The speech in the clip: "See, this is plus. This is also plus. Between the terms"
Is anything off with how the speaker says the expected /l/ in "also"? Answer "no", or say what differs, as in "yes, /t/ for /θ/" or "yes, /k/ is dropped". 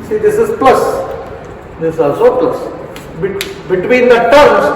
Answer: yes, /l/ is dropped